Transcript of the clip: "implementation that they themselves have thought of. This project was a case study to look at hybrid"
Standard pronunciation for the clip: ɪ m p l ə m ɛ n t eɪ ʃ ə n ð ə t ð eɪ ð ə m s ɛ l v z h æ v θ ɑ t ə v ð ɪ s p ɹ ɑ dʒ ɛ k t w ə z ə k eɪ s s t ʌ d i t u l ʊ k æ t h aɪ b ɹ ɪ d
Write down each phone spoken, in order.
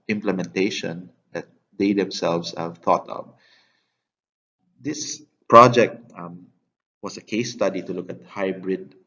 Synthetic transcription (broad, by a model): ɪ m p l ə m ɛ n t eɪ ʃ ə n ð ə t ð eɪ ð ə m s ɛ l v s h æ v θ ɑ t ə v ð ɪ s p ɹ ɑ dʒ ɛ k t w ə s ə k eɪ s s t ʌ d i t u l ʊ k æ t h aɪ b ɹ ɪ d